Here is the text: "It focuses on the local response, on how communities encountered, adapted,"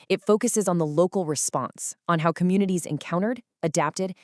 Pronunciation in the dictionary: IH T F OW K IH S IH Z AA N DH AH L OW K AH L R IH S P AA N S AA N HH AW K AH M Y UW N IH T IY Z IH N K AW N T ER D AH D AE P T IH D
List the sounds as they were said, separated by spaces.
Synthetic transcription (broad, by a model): IH T F OW K IH S IH Z N DH AH L OW K L R IH S P AA N S N HH AW K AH M Y UW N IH T IY Z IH N K AW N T ER D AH D AE P T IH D